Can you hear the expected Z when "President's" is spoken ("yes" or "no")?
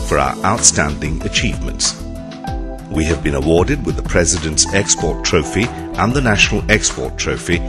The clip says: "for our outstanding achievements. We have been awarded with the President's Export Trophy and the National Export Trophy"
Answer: yes